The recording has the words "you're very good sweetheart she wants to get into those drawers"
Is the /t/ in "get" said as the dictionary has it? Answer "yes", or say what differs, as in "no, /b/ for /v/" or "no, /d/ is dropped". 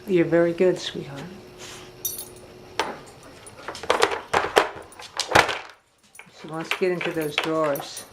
yes